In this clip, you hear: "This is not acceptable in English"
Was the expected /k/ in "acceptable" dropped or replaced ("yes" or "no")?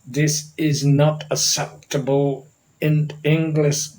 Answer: yes